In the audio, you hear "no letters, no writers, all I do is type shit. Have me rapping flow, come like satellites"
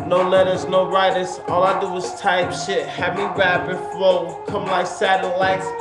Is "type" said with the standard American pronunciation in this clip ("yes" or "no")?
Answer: yes